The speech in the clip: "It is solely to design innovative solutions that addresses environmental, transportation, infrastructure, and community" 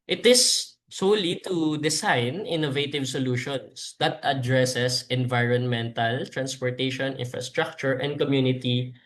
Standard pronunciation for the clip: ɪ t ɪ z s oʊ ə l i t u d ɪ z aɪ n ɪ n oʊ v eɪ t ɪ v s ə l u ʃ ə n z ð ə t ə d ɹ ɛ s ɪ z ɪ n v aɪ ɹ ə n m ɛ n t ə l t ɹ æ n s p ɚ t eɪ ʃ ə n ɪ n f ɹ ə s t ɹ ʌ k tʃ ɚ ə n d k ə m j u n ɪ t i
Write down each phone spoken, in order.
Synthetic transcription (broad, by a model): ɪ t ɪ s oʊ l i t u d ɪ s aɪ n ɪ n oʊ v eɪ t ɪ v s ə l u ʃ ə n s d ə t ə d ɹ ɛ s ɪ s ɪ n v aɪ ɹ ə n m ɛ n t ə l t ɹ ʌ n s p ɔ t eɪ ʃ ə n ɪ n f ɹ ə s t ɹ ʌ k tʃ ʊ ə n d k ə m j u n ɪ t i